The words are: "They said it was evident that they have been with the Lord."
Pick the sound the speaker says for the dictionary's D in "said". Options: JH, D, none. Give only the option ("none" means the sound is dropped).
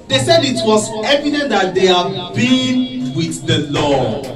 D